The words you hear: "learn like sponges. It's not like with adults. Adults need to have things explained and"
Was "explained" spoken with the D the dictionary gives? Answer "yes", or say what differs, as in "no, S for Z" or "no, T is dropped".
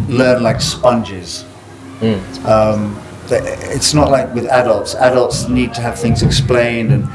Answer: yes